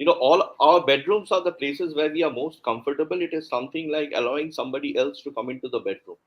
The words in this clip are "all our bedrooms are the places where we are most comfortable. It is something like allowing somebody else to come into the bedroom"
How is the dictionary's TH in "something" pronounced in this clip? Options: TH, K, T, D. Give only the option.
T